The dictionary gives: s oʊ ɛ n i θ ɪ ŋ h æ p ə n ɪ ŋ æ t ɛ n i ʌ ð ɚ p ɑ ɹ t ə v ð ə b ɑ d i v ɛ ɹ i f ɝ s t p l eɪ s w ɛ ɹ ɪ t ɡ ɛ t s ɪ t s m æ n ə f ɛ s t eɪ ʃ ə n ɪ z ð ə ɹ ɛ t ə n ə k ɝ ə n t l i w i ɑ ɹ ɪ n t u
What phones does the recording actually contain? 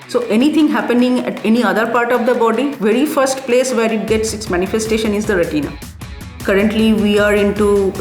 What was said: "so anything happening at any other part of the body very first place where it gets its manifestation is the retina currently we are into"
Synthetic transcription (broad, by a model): s oʊ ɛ n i t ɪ ŋ h æ p ə n ɪ ŋ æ t ɛ n i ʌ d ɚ p ɑ ɹ t ə v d ə b ɑ d i v ɛ ɹ i f ɝ s t p l eɪ s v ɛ ɹ ɪ t ɡ ɛ t s ɪ t s m æ n ə f ɛ s t eɪ ʃ ə n ɪ z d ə ɹ ɛ t ə n ə k ɝ ə n t l i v i ɑ ɹ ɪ n t u